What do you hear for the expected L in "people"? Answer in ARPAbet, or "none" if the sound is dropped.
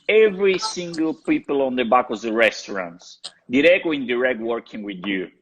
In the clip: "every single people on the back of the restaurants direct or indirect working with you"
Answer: L